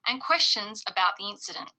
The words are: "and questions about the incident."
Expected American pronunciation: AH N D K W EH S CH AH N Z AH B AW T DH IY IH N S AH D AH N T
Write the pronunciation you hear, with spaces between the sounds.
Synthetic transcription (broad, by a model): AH N K W EH S CH AH N Z AH B AW T DH IY IH N S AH D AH N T